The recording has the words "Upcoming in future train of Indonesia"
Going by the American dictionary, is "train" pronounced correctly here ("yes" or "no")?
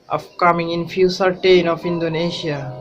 no